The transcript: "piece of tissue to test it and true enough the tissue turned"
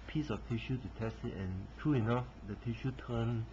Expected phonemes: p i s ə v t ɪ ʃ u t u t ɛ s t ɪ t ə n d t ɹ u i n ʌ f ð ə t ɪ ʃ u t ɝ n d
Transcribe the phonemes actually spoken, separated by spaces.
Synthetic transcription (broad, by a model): p i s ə f t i ʃ u t u t ɛ s t ɪ t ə n t ɹ u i n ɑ f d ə t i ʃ u t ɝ n